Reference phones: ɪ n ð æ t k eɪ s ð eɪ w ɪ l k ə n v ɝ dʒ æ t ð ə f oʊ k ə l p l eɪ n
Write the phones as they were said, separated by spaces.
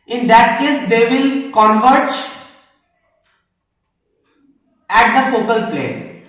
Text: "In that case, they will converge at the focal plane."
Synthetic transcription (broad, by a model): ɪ n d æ t k eɪ s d eɪ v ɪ l k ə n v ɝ tʃ æ t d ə f oʊ k ə l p l eɪ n